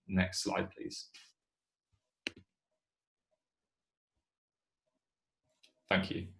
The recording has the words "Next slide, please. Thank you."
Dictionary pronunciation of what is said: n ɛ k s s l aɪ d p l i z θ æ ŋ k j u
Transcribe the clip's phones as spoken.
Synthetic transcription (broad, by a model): n ɛ k s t l aɪ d p l i z θ æ ŋ k j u